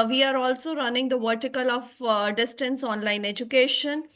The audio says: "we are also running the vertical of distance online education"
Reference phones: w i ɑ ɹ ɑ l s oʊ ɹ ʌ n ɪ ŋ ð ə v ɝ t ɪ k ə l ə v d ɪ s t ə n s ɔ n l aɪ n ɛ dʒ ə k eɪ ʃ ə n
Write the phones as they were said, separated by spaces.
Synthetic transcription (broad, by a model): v i ɑ ɹ ɑ l s oʊ ɹ ʌ n ɪ ŋ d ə v ɝ t ɪ k ə l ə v d ɪ s t ə n s ɔ n l aɪ n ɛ dʒ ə k eɪ ʃ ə n